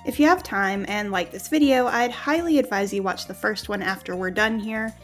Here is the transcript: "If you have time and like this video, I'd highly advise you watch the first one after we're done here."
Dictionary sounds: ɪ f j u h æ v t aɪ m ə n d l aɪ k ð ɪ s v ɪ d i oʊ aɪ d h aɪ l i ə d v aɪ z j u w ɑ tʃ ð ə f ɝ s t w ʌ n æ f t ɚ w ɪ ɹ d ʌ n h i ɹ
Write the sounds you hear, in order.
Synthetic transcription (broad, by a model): ɪ f j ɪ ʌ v t aɪ m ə n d l aɪ k ð ɪ s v ɪ d i oʊ aɪ d h aɪ l i ə d v aɪ z j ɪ w ɑ tʃ ð ə f ɝ s t w ʌ n æ f t ɚ w ɪ ɹ d ʌ n h i ɹ